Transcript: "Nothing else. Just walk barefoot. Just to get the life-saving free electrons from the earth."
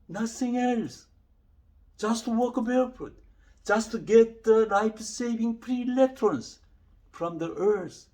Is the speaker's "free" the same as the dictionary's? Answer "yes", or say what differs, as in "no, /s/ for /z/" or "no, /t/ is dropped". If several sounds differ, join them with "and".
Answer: no, /p/ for /f/